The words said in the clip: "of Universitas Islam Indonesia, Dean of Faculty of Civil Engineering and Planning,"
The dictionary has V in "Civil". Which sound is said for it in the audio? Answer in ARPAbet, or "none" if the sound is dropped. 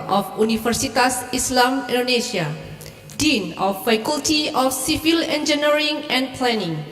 F